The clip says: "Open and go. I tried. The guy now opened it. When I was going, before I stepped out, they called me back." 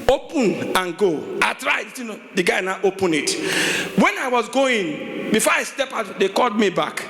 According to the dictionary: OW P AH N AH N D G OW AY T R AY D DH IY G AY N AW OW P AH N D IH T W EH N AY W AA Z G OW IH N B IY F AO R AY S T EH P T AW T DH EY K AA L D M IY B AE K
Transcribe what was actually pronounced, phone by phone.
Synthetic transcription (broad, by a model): OW P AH N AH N G OW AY T R AY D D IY G AY N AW OW P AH N IH T W EH N AY W AA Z G OW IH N B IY F AO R AY S T EH P AW T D EY K AA L D M IY B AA K